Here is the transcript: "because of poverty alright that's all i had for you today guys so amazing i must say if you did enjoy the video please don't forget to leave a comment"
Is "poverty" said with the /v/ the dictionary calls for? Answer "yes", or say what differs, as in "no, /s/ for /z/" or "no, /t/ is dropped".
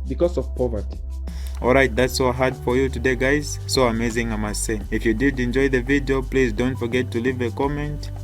yes